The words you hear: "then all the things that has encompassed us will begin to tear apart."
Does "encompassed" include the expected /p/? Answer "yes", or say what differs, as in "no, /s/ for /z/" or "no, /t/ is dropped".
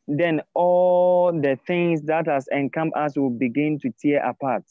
no, /p/ is dropped